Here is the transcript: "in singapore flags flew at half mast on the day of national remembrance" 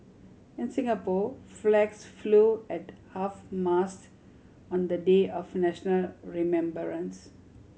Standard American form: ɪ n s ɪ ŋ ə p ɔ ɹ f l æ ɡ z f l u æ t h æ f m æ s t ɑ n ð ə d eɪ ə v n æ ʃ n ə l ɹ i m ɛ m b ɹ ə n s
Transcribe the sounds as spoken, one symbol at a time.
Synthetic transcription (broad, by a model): ɪ n s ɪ ŋ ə p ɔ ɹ f l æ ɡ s f l u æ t h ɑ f m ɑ s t ɑ n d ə d eɪ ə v n æ ʃ n ə l ɹ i m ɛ m b ɹ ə n s